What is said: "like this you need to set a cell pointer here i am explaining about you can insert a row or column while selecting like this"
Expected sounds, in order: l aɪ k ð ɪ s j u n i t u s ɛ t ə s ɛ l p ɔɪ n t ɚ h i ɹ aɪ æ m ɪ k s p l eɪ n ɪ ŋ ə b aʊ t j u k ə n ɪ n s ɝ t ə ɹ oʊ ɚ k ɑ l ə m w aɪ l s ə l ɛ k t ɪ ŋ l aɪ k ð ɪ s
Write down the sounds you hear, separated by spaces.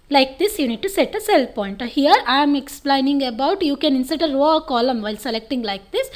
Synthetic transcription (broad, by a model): l aɪ k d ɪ s j u n i t u s ɛ t ə s ɛ l p ɔɪ n t h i ɹ aɪ m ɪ k s p l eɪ n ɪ ŋ ə b aʊ t j u k ə n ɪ n s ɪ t ə ɹ oʊ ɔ k ɑ l ə m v aɪ l s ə l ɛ k t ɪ ŋ l aɪ k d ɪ s